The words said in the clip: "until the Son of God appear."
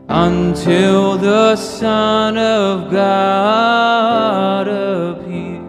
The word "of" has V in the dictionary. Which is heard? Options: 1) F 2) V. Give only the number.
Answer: 2